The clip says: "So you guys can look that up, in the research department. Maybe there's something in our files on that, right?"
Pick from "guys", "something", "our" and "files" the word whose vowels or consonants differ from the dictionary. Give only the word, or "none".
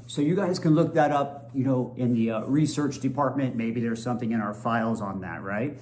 none